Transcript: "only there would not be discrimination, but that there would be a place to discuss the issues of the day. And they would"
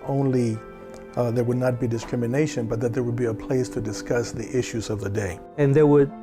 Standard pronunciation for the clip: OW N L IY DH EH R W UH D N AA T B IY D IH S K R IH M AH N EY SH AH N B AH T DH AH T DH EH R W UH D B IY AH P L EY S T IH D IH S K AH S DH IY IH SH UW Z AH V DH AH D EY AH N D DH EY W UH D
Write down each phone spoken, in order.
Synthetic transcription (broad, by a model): OW N L IY DH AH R W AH D N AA T B IY D IH S K R IH M AH N EY SH AH N B AH T DH AH T DH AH R W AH D B IY AH P L EY S T IH D IH S K AH S DH IY IH SH UW Z AH V DH AH D EY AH N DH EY W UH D